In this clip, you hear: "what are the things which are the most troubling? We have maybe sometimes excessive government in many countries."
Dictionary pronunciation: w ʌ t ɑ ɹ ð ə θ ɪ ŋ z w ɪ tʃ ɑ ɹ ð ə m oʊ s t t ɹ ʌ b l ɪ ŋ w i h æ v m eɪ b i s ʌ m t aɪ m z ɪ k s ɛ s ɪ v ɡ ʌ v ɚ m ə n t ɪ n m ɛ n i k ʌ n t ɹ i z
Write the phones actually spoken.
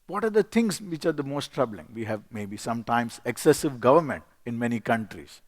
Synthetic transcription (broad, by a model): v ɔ t ɑ ɹ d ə t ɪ ŋ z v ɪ tʃ ɑ ɹ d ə m oʊ s t t ɹ ʌ b l ɪ ŋ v i h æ v m eɪ b i s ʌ m t aɪ m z ɪ k s ɛ s ɪ v ɡ ʌ v ɚ m ə n t ɪ n m ɛ n i k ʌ n t ɹ i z